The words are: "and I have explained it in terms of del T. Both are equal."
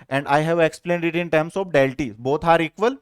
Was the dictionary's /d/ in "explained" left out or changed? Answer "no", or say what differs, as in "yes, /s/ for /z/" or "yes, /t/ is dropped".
no